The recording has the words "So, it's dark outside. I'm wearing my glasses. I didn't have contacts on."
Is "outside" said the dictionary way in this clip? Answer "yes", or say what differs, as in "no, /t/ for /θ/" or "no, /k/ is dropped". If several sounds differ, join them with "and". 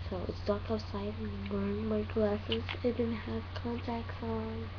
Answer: no, /d/ is dropped